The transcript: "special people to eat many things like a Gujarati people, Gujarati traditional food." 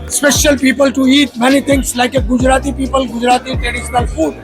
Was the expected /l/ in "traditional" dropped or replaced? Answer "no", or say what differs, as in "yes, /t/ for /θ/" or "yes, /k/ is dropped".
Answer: no